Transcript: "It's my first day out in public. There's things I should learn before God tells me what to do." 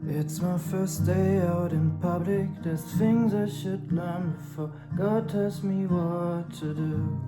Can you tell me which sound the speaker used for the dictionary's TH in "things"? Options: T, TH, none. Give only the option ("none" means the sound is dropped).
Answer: TH